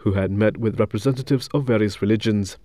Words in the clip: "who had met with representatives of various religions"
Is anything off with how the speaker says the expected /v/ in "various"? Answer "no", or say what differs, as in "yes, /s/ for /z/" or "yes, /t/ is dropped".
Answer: no